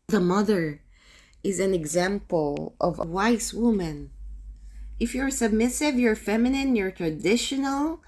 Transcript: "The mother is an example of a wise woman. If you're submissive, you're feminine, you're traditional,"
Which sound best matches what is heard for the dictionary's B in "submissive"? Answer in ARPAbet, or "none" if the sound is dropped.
B